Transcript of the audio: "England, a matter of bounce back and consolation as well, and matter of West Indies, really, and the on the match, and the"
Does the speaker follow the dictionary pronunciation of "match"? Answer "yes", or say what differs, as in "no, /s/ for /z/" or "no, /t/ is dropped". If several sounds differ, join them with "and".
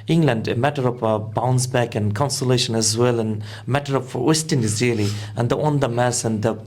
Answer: no, /s/ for /tʃ/